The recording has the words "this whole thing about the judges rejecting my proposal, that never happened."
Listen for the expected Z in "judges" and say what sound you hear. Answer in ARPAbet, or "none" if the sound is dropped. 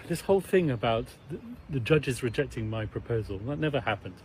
Z